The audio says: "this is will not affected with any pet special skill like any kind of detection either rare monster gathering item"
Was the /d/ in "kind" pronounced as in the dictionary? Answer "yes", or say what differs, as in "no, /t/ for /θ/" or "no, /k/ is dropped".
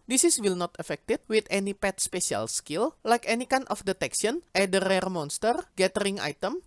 no, /d/ is dropped